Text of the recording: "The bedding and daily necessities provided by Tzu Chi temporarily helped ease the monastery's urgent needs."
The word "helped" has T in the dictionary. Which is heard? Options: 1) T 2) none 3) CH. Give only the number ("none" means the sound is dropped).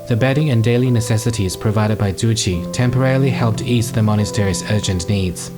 1